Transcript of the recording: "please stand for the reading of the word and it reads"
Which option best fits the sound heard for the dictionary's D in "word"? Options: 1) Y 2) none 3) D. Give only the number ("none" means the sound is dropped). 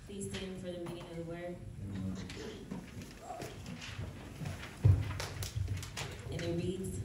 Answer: 2